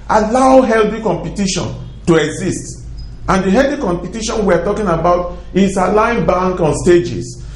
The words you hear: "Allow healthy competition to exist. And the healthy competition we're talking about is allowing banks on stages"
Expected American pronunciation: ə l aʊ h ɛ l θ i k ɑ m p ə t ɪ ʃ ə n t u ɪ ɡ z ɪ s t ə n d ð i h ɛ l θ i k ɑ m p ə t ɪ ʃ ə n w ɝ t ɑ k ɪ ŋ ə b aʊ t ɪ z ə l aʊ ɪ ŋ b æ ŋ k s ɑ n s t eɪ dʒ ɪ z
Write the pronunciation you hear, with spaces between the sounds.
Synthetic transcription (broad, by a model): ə l aʊ h ɛ l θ i k ɑ m p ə t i ʃ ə n t u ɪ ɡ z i s t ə n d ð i h ɛ l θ i k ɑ m p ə t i ʃ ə n w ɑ t ɑ k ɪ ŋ ə b aʊ t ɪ s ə l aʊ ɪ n b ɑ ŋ k ɑ n s t eɪ dʒ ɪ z